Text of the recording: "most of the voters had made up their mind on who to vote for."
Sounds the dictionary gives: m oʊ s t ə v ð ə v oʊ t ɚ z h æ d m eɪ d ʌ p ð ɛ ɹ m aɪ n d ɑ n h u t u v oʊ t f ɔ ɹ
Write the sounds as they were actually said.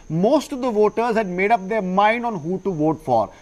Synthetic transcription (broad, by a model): m oʊ s t ə v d ə v oʊ t ɚ z h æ d m eɪ d ʌ p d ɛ ɹ m aɪ n d ɑ n h u t u v oʊ t f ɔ ɹ